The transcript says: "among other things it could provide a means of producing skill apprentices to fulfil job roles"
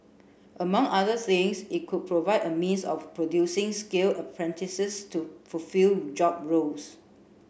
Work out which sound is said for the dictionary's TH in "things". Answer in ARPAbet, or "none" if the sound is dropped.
S